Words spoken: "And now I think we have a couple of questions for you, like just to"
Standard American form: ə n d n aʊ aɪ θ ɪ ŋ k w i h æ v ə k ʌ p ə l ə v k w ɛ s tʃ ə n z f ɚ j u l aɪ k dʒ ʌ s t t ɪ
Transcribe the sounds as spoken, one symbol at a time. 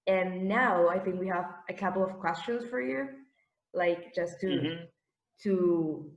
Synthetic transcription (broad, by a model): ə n n aʊ aɪ θ ɪ ŋ k w i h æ v ə k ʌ p l ə v k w ɛ s tʃ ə n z f ɚ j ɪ l aɪ k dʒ ʌ s t t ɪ